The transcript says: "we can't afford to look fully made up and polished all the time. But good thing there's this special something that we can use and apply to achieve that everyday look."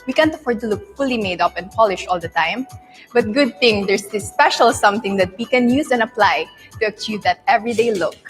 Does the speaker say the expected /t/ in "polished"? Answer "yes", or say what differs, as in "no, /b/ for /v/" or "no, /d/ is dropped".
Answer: no, /t/ is dropped